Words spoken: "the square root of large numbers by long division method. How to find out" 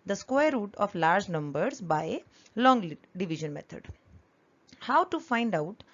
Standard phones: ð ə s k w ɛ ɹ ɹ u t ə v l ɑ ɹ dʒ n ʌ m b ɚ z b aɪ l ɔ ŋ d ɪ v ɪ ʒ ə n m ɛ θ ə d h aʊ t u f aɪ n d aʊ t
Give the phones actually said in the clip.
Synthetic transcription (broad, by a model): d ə s k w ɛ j ɹ u t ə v l ɑ ɹ dʒ n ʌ m b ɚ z b aɪ l ɔ ŋ d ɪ v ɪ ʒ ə n m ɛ t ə d h aʊ t u f aɪ n d aʊ t